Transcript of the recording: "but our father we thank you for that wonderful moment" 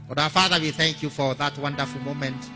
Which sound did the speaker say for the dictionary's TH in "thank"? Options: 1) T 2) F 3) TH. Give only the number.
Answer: 3